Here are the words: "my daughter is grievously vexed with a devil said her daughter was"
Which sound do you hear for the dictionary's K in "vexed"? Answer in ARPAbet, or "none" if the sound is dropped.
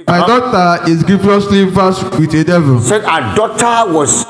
none